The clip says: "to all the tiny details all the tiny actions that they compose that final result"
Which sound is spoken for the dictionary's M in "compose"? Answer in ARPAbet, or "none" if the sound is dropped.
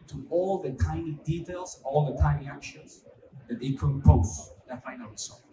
none